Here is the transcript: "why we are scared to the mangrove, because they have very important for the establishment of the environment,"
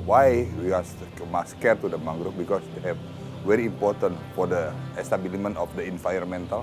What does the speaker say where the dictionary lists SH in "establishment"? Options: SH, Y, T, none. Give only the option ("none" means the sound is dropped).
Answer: none